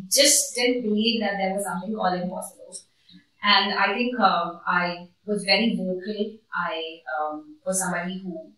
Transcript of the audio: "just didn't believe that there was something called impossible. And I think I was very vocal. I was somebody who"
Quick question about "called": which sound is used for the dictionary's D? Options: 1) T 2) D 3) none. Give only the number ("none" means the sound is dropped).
3